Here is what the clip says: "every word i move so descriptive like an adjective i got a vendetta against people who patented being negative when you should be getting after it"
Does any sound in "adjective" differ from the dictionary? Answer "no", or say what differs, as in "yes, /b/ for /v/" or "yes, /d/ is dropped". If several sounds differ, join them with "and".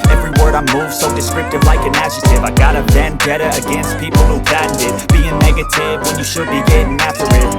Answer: yes, /k/ is dropped